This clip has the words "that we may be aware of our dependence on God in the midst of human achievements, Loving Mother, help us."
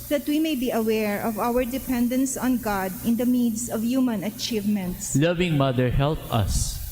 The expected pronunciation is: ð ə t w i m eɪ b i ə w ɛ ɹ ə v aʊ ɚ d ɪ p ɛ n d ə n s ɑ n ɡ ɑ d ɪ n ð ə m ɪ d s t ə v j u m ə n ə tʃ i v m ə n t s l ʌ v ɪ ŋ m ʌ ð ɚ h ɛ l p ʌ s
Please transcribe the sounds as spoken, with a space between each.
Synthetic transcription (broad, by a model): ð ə t w i m eɪ b i ə w ɛ ɹ ə v aʊ ɚ d ɪ p ɛ n d ə n s ɑ n ɡ ɑ d ɪ n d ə m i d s ə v j u m ə n ə tʃ i v m ə n t s l ʌ v ɪ ŋ m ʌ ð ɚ h ɛ l p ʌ s